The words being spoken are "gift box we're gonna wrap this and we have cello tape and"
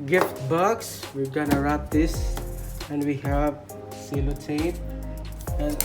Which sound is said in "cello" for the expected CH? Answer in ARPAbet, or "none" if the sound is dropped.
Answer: S